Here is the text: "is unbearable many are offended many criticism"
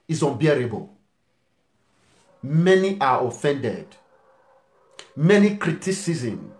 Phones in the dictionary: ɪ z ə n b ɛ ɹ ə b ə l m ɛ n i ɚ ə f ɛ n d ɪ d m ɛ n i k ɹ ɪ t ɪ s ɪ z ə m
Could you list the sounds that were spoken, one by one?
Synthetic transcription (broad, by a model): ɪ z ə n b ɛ ɹ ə b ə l m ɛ n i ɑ ə f ɛ n d ɪ d m ɛ n i k ɹ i t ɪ s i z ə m